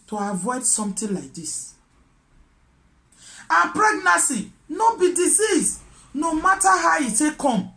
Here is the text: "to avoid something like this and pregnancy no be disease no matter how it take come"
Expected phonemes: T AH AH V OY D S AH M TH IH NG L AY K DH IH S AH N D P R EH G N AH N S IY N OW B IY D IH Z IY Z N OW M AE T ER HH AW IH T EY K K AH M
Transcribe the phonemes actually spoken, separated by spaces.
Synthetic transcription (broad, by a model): T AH AH V OY D S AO M T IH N L AY K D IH S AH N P R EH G N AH S IY N OW B IY D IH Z IY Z N OW M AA T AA HH AW IH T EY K K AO M